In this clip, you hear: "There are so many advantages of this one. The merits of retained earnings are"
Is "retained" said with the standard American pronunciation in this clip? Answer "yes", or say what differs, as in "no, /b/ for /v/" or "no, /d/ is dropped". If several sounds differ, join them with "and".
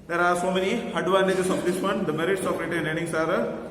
no, /d/ is dropped